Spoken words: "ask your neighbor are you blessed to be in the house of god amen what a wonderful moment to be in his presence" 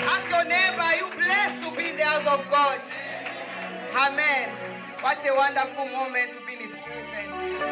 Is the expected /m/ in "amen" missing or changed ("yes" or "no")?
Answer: no